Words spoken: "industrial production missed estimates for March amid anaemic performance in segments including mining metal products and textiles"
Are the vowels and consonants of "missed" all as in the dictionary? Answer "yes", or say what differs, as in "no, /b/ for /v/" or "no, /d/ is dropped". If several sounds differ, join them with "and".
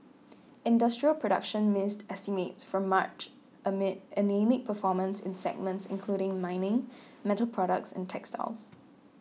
yes